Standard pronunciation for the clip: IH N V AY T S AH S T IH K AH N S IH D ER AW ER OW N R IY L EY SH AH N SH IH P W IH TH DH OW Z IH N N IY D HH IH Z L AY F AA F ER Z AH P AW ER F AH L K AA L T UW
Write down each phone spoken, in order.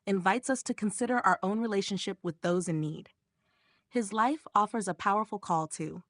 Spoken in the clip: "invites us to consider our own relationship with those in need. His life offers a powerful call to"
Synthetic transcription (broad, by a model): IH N V AY T S AH S T IH K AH N S IH D ER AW ER OW N R IY L EY SH AH N SH IH P W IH DH OW Z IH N N IY D HH IH Z L AY F AA F ER Z AH P AW ER F L K AA L T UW